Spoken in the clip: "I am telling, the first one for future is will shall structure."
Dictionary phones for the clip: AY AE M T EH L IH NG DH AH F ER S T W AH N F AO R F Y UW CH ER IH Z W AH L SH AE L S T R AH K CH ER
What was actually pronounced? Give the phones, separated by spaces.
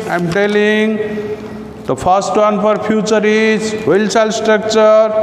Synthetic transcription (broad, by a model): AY M T EH L IH NG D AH P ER S T W AH N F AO R P Y UW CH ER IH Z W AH L S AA L S T R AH K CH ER